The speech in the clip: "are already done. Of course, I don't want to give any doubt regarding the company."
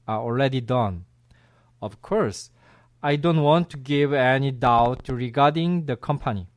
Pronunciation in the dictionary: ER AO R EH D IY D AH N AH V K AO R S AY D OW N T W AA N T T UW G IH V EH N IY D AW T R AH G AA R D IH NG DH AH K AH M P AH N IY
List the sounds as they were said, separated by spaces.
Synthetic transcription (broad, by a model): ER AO L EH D IY D AH N AH V K AO R S AY D OW N T W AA N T T UW G IH V EH N IY D AW T R AH G AA R D IH NG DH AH K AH M P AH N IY